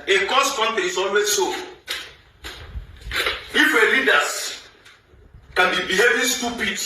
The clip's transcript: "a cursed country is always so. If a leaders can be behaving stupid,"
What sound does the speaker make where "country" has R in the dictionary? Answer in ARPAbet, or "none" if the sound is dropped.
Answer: none